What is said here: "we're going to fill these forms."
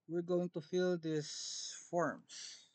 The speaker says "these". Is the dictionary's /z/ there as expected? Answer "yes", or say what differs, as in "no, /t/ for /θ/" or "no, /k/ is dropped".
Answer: no, /s/ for /z/